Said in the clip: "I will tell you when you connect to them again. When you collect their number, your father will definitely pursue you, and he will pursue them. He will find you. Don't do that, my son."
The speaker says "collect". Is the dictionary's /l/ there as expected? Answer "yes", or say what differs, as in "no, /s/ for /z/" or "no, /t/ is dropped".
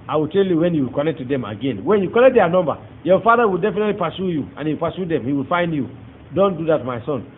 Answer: no, /n/ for /l/